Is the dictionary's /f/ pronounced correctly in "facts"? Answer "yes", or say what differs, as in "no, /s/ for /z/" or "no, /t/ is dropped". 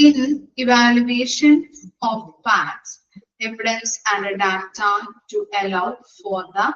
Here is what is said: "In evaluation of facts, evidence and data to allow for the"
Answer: no, /p/ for /f/